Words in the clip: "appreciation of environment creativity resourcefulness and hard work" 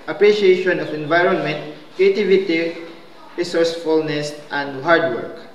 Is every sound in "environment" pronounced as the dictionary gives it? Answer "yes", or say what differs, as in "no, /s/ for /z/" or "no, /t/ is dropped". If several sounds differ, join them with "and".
yes